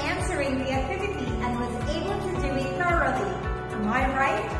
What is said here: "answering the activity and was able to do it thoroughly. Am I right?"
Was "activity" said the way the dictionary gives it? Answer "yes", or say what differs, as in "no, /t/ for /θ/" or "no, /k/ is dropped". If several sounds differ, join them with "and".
yes